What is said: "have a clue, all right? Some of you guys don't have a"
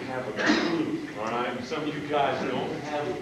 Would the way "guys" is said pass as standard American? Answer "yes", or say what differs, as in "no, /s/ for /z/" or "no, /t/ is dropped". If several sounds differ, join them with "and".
yes